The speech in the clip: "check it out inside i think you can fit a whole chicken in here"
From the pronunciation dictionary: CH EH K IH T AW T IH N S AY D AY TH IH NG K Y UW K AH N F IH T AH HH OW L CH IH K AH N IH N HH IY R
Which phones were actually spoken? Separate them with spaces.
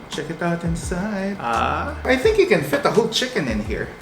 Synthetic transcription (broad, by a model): CH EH K IH T AW T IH N S AY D AY TH IH NG K Y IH K AH N F IH T AH HH OW L CH IH K AH N IH N HH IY R